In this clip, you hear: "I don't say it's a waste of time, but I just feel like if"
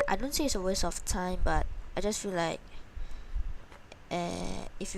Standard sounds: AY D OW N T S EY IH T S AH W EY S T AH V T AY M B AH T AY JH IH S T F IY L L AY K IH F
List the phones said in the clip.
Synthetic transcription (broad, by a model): AY D OW N T S EY IH T S AH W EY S AH F T AY M B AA T AY JH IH S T F IY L L AY K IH F